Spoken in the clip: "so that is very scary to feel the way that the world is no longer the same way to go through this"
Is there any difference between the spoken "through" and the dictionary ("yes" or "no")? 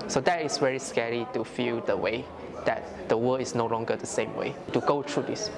yes